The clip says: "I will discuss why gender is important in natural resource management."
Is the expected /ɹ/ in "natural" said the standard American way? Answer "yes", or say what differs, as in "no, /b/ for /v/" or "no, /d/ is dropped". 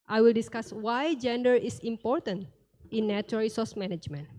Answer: no, /ɹ/ is dropped